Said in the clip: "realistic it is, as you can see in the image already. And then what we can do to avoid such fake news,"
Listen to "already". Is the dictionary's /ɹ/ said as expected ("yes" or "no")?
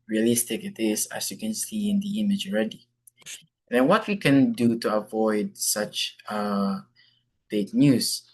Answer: yes